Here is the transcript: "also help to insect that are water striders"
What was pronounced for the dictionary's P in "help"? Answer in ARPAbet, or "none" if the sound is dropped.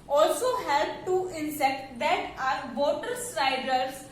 B